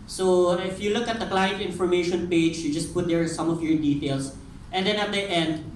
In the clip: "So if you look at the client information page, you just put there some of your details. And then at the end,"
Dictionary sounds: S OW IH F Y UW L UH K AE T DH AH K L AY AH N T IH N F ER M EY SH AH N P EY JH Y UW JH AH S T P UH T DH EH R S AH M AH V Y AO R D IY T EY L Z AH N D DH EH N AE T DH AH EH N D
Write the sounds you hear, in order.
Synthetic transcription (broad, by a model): S OW IH F Y UW L UH K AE T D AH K L AY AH N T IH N F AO M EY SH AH N P EY JH Y UW JH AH S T P UH T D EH R S AH M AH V Y AO R D IY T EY L S AH N D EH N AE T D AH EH N D